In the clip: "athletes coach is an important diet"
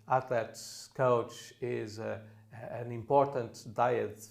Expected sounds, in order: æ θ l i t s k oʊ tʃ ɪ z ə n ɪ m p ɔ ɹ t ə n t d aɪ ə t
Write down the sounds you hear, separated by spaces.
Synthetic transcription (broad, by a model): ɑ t l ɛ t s k oʊ tʃ ɪ z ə n ɪ m p ɔ ɹ t ə n t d aɪ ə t